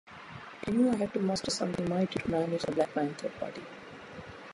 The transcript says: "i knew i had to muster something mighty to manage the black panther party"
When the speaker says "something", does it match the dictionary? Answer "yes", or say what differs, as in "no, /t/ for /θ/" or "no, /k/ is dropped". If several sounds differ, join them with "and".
no, /t/ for /θ/